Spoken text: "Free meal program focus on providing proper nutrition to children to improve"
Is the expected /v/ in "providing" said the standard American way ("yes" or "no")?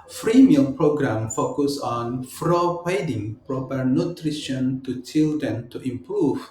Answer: no